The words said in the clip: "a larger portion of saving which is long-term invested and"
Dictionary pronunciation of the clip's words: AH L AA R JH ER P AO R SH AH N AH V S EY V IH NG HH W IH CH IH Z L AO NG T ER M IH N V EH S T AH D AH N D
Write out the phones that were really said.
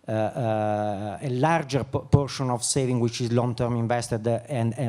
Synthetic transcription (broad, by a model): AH L AA R JH ER P AO R SH AH N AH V S EY V IH NG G W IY CH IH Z L AO NG T ER M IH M V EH S T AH D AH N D